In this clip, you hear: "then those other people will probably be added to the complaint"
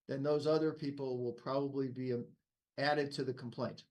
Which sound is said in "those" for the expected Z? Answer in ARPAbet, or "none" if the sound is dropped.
Z